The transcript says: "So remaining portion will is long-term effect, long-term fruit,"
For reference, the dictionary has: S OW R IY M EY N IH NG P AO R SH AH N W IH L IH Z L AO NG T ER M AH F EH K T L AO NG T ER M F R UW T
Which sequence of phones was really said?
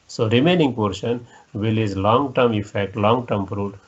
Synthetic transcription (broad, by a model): S OW R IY M EY N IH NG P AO R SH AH N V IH L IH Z L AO NG T ER M AH F EH K T L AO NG T ER M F R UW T